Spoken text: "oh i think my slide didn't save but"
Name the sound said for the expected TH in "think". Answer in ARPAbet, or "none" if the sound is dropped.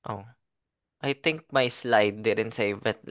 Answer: T